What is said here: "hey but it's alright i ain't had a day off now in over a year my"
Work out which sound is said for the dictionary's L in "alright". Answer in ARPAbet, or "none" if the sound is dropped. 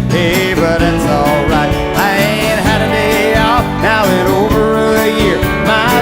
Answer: L